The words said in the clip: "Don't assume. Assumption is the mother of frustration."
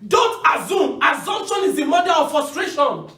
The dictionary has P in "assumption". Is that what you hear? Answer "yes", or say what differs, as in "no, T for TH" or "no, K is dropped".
no, P is dropped